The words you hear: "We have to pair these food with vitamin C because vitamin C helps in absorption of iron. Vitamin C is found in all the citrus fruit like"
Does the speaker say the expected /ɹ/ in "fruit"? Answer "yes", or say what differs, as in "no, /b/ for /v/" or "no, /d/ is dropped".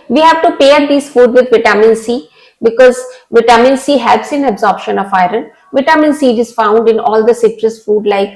no, /ɹ/ is dropped